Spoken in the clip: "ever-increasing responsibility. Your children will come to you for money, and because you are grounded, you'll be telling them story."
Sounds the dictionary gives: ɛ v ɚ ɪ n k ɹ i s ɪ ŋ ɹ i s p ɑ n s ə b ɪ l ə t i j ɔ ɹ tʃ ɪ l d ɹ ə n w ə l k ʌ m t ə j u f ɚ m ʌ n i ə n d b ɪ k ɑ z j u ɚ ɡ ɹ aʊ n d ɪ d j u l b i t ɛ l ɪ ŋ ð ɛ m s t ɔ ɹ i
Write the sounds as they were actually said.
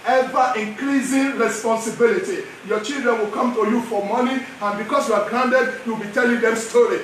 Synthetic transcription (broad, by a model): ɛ v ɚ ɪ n k ɹ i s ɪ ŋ ɹ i s p ɑ n s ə b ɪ l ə t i j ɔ tʃ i l d ɹ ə n w ə l k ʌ m t ə j u f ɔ m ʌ n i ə n b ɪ k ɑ s j u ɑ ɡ ɹ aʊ n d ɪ d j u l b i t ɛ l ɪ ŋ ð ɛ m s t ɔ ɹ i